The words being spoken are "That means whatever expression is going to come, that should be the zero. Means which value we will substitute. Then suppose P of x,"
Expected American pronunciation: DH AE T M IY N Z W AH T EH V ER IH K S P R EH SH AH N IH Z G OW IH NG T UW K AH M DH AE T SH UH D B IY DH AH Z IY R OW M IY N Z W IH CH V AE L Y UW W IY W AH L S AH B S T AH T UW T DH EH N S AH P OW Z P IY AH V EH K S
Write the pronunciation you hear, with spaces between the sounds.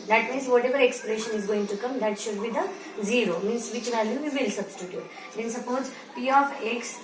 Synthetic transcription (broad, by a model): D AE T M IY N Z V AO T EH V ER IH K S P R EH SH AH N IH Z G OW IH NG T UW K AH M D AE T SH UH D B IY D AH Z IY R OW M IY N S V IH CH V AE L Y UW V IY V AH L S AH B S T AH T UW T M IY N S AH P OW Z P IY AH F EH K S